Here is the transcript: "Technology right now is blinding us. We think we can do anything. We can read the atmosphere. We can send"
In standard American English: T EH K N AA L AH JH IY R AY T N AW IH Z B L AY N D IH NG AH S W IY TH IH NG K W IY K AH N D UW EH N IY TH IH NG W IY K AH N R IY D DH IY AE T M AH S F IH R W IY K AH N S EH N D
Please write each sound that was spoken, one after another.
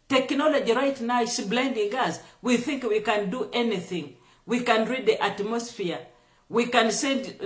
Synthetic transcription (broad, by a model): T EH K N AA L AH JH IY R AY T N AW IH S B L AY N D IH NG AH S W IY TH IH NG K W IY K AH N D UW EH N IY TH IH NG W IY K AH N R IY D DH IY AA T M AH S F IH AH W IY K AH N S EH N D